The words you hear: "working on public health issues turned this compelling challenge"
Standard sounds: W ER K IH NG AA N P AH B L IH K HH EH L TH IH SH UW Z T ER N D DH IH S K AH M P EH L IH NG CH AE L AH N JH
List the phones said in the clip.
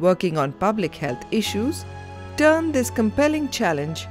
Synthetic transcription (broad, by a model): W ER K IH NG AA N P AH B L IH K HH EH L T IH SH UW Z T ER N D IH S K AH M P EH L IH NG CH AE L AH N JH